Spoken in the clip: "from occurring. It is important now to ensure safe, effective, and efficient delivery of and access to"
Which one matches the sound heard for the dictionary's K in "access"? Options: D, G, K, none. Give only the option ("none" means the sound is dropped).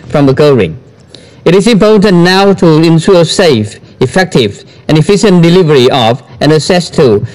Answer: none